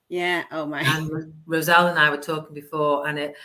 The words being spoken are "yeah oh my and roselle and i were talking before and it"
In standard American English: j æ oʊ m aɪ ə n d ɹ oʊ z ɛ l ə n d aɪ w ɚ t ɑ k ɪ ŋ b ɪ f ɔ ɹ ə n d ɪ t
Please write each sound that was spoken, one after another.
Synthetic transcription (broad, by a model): j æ oʊ m aɪ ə n ɹ oʊ z ɛ l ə n aɪ w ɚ t ɑ k ɪ ŋ b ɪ f ɔ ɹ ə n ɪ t